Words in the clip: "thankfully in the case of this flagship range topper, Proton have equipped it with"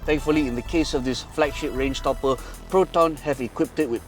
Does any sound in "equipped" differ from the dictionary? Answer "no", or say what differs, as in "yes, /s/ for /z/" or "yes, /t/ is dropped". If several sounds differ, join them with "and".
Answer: no